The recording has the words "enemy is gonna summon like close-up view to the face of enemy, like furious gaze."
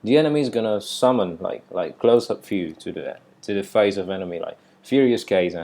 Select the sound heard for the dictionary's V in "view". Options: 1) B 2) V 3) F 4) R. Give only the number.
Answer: 3